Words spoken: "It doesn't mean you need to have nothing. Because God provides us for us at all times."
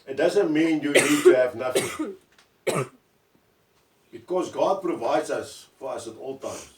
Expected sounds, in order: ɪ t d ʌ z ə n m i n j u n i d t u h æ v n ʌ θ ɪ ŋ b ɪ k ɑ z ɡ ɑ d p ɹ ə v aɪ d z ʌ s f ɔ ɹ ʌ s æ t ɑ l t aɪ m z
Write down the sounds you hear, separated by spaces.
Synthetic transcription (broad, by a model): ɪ t d ʌ z ə n m i n j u n i d t u h æ v n ʌ θ ɪ ŋ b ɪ k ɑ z ɡ ɑ d p ɹ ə v aɪ d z ʌ s f ɔ ɹ ʌ s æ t ɑ l t aɪ m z